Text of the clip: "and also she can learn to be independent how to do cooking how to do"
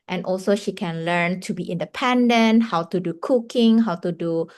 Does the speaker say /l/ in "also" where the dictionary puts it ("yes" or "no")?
yes